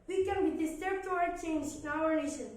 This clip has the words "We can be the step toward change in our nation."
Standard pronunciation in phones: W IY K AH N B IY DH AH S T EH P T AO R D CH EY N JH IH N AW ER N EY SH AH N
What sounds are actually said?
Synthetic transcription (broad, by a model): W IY K AH N B IY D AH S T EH B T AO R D CH EY N JH IH N AW ER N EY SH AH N